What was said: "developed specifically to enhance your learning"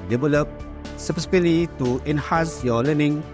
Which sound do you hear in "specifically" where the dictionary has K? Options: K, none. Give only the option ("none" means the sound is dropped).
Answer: none